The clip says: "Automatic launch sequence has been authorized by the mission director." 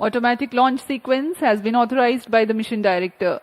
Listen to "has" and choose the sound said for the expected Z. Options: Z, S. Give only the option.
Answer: Z